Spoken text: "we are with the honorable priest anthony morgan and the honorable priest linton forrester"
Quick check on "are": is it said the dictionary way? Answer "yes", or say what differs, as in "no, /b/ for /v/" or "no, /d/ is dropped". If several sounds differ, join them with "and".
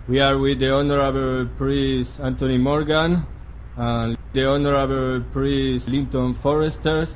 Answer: yes